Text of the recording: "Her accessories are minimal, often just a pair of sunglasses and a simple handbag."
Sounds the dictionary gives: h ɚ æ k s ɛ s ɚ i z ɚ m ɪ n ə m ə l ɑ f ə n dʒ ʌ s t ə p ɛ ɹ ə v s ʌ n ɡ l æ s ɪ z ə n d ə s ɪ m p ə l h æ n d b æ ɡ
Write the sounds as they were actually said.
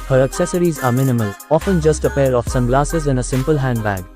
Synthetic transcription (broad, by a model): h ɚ æ k s ɛ s ɚ i z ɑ m ɪ n ə m ə l ɑ f ə n dʒ ʌ s t ə p ɛ ɹ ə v s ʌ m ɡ l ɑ s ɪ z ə n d ə s ɪ m p ə l h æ n d b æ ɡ